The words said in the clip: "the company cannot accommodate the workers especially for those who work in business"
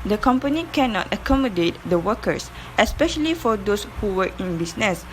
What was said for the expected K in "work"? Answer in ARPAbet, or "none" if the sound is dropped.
none